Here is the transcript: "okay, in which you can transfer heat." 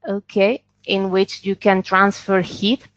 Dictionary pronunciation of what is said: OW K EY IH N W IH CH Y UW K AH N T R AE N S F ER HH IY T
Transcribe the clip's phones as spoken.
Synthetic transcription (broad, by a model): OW K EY IH N W IH CH Y UW K AH N T R AE N S F ER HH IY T